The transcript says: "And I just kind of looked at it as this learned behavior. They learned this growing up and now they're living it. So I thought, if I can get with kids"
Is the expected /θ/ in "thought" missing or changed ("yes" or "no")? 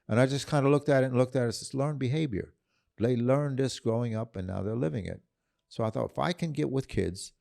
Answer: no